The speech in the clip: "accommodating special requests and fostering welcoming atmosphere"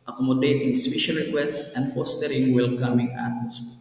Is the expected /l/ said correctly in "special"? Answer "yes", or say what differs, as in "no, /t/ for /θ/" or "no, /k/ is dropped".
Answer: no, /n/ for /l/